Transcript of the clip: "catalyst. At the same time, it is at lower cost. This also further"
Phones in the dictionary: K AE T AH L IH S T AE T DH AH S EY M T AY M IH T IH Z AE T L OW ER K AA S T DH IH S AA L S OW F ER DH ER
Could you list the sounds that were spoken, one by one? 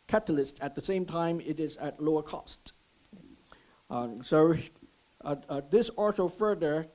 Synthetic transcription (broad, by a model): K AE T L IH S T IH T DH AH S EY M T AY M IH T IH Z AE T L OW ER K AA S T DH IH S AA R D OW F ER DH ER